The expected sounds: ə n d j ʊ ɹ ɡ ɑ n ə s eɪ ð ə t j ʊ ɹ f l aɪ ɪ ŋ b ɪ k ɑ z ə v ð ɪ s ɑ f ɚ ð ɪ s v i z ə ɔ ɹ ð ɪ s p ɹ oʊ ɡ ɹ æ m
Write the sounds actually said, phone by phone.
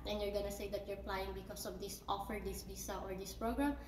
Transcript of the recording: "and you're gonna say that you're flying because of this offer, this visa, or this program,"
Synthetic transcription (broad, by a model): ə n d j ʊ ɹ ɡ ɑ n ə s eɪ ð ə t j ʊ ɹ p l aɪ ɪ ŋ b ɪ k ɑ s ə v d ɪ s ɑ f ɚ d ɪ s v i s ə ɔ ɹ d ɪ s p ɹ oʊ ɡ ɹ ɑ m